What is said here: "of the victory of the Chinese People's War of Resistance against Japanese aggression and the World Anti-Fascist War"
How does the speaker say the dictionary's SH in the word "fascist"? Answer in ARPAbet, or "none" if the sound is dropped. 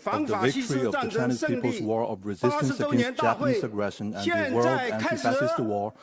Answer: S